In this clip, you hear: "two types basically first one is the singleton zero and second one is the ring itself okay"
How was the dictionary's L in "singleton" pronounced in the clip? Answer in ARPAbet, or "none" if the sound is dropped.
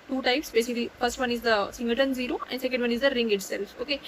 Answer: none